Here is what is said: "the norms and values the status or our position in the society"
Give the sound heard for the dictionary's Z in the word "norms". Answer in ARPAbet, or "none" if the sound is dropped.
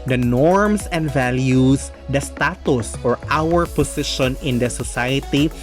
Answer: S